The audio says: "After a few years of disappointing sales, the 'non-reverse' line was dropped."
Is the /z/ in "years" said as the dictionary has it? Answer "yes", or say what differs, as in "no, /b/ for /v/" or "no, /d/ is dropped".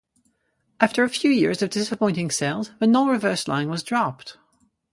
yes